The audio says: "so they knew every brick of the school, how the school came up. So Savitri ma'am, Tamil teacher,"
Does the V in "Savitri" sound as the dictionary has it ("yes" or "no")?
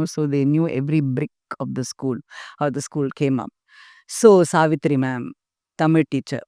yes